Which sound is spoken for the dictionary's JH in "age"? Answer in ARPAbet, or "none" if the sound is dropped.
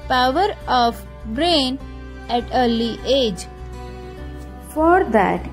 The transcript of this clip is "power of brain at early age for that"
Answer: JH